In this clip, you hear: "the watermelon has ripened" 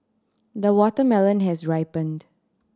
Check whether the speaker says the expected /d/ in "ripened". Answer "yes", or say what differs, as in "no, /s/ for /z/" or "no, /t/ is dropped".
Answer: yes